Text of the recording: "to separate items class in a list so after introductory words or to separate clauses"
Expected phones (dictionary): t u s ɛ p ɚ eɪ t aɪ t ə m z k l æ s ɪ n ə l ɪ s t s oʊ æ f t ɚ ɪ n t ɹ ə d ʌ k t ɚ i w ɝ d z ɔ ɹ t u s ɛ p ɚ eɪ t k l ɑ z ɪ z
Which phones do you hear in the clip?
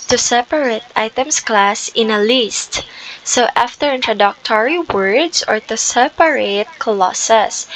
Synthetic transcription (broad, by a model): t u s ɛ p ɚ eɪ t aɪ t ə m s k l æ s ɪ n ə l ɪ s t s oʊ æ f t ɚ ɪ n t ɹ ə d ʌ k t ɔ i w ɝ d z ɔ ɹ t u s ɛ p ɚ eɪ t k l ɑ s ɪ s